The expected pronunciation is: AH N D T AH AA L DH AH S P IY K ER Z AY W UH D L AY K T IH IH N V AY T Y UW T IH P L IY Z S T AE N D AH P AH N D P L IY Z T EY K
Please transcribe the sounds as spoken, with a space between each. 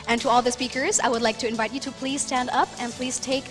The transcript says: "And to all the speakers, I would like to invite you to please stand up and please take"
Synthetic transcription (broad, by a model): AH N T AH AA L DH AH S P IY K ER Z AY W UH D L AY K T IH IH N V AY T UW T IH P L IY Z S T AE N D AH P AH N P L IY Z T EY K